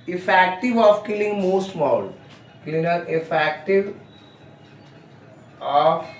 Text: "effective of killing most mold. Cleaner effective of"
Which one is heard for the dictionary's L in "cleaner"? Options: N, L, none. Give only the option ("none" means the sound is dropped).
L